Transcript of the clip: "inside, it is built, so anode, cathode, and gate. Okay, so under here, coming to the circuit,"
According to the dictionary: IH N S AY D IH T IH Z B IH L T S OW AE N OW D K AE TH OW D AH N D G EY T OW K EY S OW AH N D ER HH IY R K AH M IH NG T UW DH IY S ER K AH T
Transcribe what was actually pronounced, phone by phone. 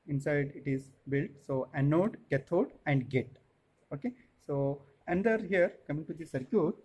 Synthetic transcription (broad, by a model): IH N S AY D IH T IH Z B IH L T S OW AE N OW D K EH T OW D AH N D G EY T OW K EY S OW AH N D ER HH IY R K AH M IH NG T UW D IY S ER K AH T